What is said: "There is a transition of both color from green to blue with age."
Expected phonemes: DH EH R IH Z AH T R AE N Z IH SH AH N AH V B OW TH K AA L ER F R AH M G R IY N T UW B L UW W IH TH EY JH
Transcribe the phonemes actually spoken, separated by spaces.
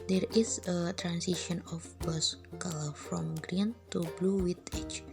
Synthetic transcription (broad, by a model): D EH R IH S AH T R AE N S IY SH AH N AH F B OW S K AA L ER F R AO M G R IY N T UW B L UW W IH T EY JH